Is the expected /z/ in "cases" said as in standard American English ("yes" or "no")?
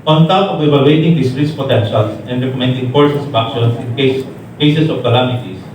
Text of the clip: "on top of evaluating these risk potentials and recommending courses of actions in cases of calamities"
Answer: no